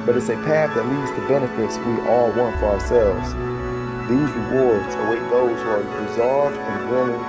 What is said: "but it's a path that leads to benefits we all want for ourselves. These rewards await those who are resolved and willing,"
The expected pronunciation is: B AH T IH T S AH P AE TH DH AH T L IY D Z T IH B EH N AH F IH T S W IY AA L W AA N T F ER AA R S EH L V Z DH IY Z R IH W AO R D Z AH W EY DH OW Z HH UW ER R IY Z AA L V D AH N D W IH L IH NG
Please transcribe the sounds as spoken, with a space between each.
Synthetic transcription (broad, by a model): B AH T IH T S AH P AE TH DH AH T L IY D Z T IH B EH N AH F IH T S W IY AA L W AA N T F ER AA R S EH L V Z DH IY Z R IH W AO R D Z AH W EY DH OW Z ER R IY Z AA L V D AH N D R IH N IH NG